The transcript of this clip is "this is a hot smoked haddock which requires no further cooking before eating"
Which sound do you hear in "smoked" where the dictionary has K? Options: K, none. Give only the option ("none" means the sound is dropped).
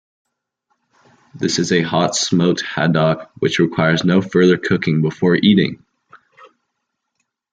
none